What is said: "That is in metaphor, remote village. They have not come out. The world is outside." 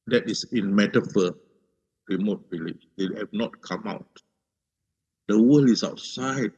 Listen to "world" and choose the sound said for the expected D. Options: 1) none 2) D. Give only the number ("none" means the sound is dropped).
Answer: 1